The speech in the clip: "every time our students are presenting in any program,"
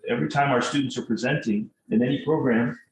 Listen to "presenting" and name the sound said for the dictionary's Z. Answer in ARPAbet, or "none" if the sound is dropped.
Z